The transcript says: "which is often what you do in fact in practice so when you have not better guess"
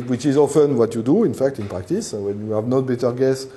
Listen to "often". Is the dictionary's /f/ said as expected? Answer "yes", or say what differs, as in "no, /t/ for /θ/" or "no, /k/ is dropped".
yes